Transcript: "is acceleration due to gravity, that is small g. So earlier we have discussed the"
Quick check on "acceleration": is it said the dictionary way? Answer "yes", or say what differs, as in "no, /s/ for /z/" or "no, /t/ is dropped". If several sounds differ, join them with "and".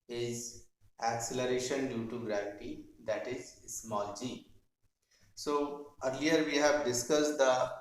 yes